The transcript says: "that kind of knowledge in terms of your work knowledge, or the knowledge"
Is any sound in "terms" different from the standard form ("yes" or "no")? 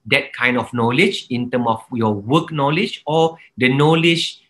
yes